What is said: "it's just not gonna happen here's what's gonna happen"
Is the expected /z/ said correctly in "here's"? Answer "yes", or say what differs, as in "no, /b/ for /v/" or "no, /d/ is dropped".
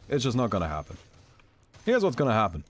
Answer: yes